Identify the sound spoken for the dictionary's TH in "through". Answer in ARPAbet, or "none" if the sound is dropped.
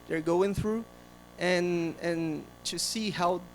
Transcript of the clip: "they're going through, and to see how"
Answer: TH